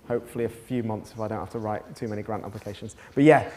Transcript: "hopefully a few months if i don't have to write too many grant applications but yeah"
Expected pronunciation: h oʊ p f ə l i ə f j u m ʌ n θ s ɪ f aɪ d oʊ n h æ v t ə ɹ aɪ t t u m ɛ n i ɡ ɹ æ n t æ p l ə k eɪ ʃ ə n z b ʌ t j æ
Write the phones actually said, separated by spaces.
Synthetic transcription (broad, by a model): h oʊ p f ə l i ə f j u m ʌ n θ s ɪ f aɪ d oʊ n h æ f t ə ɹ aɪ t t u m ɛ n i ɡ ɹ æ n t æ p l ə k eɪ ʃ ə n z b ʌ t j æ